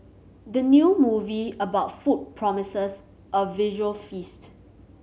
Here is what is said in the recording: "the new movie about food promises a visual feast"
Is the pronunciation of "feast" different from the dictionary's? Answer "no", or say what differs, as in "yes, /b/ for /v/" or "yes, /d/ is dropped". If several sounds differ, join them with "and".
no